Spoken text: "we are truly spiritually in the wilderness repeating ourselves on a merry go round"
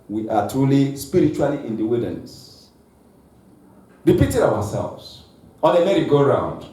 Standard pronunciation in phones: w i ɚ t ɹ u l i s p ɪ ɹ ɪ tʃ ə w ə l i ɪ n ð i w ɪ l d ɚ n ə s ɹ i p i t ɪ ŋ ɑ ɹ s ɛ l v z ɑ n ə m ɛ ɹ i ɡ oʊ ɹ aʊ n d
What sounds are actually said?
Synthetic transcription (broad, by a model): w i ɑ t ɹ u l i s p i ɹ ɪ tʃ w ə l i ɪ n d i w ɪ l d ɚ n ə s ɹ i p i t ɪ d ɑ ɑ s ɛ l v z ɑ l ə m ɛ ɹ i ɡ oʊ ɹ aʊ n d